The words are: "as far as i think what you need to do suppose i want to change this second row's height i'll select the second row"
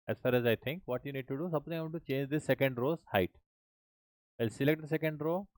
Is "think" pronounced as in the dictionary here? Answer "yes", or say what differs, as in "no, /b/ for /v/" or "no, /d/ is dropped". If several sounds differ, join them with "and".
no, /t/ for /θ/